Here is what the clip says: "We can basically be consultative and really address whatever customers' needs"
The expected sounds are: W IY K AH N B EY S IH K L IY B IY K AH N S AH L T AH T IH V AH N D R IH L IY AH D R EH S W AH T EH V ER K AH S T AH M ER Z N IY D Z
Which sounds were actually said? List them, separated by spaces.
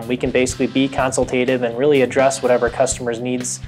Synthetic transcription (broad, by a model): W IY K AH N B EY S IH K L IY B IY K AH N S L T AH T IH V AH N R IH L IY AH D R EH S W AH T EH V ER K AH S T AH M ER Z N IY D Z